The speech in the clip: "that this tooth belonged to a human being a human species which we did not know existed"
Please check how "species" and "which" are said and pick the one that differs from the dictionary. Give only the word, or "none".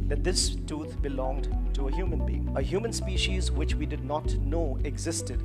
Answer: none